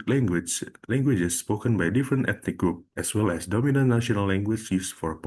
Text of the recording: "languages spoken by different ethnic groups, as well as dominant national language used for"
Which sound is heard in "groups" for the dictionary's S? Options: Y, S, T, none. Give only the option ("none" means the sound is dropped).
none